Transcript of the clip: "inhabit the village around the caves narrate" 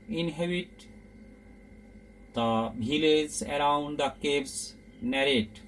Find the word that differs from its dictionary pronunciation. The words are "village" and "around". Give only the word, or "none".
village